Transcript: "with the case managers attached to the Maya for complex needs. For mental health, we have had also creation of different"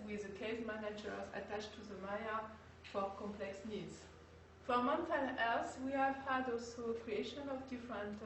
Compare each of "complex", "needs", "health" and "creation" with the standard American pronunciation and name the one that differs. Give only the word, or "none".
health